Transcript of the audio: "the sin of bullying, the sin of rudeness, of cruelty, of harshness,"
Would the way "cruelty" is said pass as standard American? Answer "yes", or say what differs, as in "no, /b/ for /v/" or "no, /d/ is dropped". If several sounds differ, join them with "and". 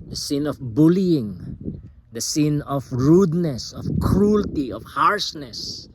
yes